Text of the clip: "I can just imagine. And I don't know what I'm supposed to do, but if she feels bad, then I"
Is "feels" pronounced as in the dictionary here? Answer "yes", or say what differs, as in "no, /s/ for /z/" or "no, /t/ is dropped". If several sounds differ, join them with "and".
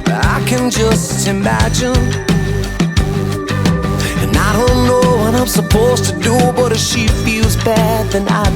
yes